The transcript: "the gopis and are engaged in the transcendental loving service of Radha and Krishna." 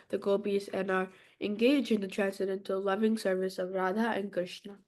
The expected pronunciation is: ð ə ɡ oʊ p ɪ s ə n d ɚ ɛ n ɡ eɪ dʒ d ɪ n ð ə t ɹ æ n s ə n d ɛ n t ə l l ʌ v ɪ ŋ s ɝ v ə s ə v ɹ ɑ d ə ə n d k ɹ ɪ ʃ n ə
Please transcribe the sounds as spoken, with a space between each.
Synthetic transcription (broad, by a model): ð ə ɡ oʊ b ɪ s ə n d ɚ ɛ n ɡ eɪ dʒ ɪ n ð ə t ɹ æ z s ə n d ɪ n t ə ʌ l ʌ v ɪ ŋ s ɝ v ə s ə v ɹ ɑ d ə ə n k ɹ ɪ ʃ n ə